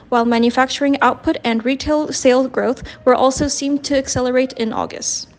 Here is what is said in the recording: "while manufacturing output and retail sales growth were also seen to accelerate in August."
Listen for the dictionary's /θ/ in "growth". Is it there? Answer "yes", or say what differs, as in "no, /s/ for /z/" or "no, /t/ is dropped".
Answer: yes